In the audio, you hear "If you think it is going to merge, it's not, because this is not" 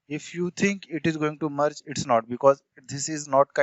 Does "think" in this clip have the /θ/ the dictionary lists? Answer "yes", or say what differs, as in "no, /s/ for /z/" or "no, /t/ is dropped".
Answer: no, /t/ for /θ/